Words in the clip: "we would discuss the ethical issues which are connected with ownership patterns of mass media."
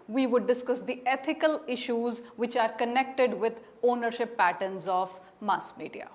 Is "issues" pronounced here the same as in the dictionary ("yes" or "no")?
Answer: yes